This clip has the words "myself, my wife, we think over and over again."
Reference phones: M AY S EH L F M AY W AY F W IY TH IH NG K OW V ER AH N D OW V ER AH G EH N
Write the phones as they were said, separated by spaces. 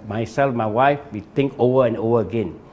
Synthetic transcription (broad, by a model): M AY S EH L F M AY W AY F W IY T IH NG K OW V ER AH N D OW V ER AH G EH N